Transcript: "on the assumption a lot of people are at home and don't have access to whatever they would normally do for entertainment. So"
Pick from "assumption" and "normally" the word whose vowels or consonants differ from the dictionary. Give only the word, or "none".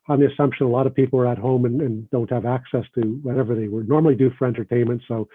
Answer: none